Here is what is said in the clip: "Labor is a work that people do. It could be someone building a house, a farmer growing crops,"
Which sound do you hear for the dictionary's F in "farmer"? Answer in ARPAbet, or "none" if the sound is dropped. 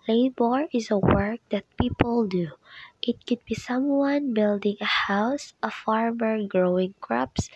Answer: F